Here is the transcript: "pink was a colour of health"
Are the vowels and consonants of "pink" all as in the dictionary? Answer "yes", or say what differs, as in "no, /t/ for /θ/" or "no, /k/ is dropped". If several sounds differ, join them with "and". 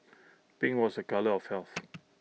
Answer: no, /b/ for /p/